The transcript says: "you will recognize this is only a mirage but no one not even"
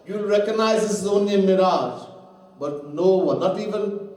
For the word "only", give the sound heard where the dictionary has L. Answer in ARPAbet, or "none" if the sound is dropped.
none